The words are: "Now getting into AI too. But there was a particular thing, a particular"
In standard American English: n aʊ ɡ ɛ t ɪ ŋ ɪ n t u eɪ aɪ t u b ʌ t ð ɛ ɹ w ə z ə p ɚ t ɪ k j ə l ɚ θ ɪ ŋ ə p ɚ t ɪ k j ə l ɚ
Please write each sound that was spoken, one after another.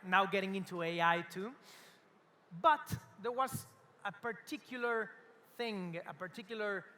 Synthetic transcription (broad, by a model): n aʊ ɡ ɛ t ɪ ŋ ɪ n t u eɪ aɪ t u b ʌ t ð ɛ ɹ w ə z ə p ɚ t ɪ k j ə l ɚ θ ɪ ŋ ə p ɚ t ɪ k j l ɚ